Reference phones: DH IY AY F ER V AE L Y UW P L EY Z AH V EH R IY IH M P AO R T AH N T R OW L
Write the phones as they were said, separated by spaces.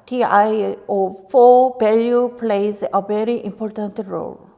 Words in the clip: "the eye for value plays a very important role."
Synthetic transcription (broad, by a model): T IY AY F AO B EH L Y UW P L EY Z AH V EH R IY IH M P AO R T AH N T R OW L